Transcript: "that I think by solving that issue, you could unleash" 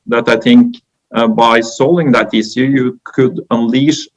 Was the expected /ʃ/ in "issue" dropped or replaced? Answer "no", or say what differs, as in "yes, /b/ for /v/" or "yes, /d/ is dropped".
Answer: yes, /s/ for /ʃ/